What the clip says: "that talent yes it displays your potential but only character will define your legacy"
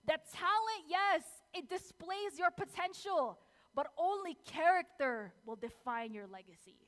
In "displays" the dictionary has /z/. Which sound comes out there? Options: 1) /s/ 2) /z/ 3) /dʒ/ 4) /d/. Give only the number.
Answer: 2